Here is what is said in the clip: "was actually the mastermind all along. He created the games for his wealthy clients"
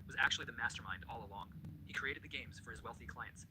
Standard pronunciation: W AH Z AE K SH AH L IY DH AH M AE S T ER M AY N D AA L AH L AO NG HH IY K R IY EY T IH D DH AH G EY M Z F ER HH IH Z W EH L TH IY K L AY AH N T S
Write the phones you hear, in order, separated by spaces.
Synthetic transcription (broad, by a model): W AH Z AE K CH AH L IY DH AH M AE S T ER M AY N D AA L AH L AO NG HH IY K R IY EY T IH D DH AH G EY M Z F ER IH Z W EH L TH IY K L AY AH N T S